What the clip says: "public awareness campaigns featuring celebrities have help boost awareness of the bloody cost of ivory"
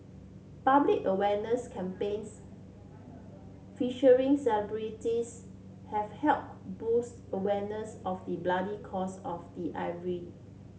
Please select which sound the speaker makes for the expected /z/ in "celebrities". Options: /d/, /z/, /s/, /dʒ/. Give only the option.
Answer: /s/